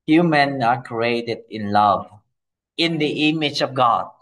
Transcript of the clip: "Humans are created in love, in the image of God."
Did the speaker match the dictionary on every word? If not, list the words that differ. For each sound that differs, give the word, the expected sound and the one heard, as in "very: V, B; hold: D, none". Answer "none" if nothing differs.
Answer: none